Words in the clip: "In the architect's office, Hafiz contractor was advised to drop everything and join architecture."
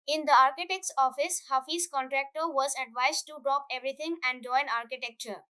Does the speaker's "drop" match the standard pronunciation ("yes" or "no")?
yes